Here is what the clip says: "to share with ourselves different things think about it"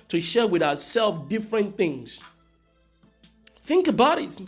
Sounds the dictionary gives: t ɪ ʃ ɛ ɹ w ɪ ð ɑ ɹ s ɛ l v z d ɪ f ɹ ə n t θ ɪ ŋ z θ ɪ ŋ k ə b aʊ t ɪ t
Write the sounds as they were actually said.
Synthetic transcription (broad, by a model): t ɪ ʃ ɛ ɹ w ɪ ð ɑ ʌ s ɛ l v d ɪ f ɹ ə n θ ɪ ŋ z θ ɪ ŋ k ə b aʊ t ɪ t